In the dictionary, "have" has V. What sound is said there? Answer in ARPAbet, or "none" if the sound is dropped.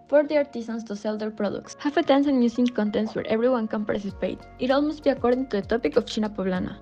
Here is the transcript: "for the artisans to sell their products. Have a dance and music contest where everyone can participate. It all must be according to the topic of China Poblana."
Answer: F